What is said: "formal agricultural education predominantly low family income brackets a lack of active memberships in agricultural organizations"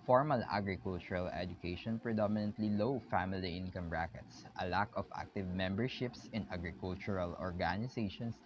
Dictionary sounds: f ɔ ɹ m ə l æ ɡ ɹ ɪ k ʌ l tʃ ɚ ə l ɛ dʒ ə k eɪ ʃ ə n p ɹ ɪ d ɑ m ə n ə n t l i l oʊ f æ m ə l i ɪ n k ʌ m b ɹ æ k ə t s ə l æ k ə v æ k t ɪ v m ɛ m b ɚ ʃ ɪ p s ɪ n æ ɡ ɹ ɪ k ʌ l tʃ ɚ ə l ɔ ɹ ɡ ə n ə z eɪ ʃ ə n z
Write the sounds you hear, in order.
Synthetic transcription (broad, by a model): f ɔ ɹ m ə l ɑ ɡ ɹ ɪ k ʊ l tʃ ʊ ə l ɛ dʒ ə k eɪ ʃ ə n p ɹ ɪ d ɑ m ə n ə n t l i l oʊ f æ m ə l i ɪ n k ʌ m ɹ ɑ k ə t s ə l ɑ k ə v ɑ k t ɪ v m ɛ m b ɚ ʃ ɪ p s ɪ n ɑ ɡ ɹ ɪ k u l tʃ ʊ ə l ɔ ɹ ɡ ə n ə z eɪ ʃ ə n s